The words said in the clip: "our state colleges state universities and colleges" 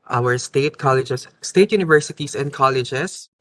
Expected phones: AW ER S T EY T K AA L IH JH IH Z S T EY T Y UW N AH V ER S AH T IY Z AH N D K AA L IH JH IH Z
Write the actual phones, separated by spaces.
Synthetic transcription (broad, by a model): AW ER S T EY T K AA L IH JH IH S T EY T Y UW N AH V ER S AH T IY S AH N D K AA L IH JH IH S